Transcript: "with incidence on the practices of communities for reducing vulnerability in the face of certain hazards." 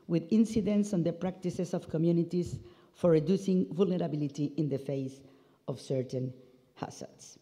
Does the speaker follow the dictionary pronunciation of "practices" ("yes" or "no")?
no